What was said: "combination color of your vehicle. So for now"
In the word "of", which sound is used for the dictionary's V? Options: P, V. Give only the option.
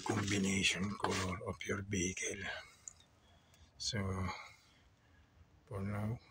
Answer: P